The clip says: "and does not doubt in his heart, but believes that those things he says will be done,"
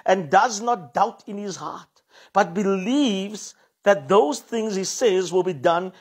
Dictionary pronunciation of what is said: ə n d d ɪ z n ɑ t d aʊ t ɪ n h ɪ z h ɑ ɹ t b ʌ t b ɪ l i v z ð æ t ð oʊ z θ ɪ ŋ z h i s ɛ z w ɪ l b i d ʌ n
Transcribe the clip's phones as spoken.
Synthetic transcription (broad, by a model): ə n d d ɪ z n ɑ t d aʊ t ɪ n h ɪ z h ɑ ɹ t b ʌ t b ɪ l i v z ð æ t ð oʊ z θ ɪ ŋ z h i s ɛ z w ɪ l b i d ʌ n